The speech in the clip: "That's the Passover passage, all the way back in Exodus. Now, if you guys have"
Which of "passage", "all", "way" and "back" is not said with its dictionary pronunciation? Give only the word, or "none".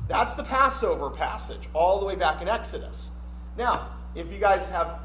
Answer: none